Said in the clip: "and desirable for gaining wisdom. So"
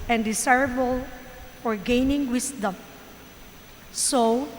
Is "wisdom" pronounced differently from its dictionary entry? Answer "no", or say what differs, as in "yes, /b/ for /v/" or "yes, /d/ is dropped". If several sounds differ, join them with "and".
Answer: yes, /s/ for /z/